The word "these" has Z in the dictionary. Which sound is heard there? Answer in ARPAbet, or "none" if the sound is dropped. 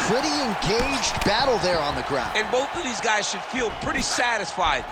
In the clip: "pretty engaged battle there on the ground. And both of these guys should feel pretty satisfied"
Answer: Z